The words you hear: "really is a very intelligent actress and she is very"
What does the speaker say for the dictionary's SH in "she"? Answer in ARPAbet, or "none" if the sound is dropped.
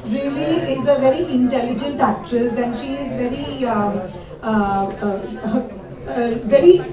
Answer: SH